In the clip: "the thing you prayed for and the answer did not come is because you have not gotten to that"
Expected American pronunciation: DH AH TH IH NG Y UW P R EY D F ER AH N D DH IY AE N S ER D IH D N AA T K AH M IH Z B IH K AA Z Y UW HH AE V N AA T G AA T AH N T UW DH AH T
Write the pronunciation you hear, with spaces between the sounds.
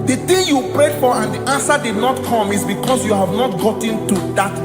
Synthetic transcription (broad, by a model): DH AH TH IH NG Y UW P R EY D F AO AH N D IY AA N S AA D IH D N AA T K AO M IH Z B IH K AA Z Y UW HH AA V N AA T G AA T AH N T UW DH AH T